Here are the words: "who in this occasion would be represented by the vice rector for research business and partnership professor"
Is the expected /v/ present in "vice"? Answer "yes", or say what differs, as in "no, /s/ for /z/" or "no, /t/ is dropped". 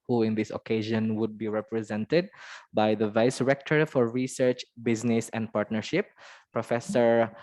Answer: yes